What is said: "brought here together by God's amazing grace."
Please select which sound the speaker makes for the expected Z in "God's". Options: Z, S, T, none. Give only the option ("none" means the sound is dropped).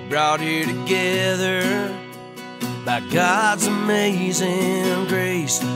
Z